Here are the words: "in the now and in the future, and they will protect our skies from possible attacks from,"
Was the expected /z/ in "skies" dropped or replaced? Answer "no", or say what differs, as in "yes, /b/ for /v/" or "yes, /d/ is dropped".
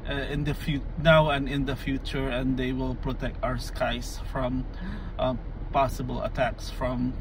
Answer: yes, /s/ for /z/